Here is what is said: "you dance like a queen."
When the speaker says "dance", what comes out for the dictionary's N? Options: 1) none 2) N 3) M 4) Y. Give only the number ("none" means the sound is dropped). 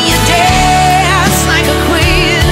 1